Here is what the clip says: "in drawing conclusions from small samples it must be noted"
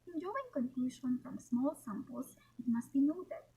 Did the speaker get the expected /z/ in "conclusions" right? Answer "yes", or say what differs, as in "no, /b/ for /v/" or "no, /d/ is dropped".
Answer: no, /z/ is dropped